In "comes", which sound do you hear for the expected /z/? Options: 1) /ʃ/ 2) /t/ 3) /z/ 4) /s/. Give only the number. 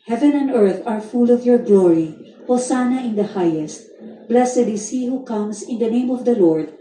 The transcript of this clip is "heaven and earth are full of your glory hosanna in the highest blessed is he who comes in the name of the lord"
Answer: 4